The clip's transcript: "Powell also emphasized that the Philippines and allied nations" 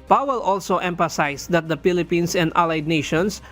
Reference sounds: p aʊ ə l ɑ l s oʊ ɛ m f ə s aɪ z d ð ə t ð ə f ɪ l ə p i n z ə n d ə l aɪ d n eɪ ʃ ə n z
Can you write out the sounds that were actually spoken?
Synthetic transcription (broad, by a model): p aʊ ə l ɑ l s oʊ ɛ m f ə s aɪ s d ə t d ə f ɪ l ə p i n s ə n d ə l aɪ d n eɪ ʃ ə n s